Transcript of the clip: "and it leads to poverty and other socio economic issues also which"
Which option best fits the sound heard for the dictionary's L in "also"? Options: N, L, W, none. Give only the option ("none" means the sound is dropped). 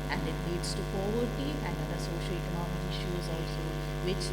none